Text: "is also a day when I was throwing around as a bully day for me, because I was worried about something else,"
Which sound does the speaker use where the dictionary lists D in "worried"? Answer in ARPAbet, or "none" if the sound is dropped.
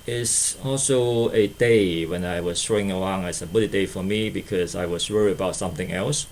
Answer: none